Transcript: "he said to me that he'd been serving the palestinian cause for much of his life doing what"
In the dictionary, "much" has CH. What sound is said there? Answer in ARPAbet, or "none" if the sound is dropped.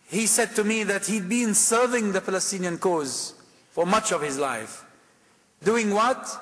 CH